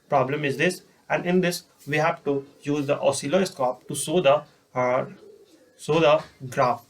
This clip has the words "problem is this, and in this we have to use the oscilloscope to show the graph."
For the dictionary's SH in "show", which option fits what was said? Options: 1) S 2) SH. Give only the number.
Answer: 1